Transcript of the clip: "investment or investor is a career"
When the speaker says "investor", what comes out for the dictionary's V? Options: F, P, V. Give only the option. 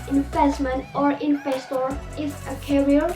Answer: F